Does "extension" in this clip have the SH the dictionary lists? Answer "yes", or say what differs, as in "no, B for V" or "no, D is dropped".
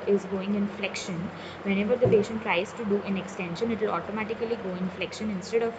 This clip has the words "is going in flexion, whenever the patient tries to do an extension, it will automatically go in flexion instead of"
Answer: yes